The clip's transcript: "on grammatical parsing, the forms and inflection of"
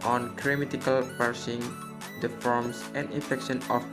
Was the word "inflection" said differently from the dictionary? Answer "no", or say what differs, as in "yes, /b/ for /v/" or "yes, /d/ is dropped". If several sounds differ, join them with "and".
yes, /l/ is dropped